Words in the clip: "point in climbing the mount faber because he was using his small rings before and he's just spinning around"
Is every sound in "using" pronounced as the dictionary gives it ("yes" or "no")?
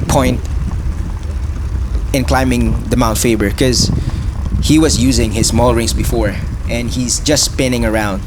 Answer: yes